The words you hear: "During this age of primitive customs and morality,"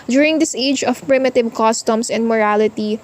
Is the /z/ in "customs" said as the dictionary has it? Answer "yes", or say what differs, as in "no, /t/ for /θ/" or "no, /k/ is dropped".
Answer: no, /s/ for /z/